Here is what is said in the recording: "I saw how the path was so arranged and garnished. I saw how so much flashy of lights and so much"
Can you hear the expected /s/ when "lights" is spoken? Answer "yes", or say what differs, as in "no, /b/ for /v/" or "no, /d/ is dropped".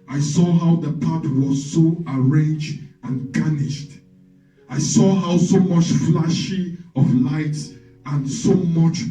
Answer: yes